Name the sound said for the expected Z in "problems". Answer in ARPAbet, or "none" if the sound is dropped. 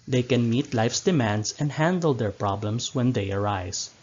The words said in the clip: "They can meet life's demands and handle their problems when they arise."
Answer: S